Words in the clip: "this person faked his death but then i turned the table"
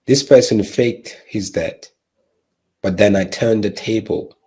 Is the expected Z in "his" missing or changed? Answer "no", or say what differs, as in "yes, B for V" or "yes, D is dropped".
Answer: no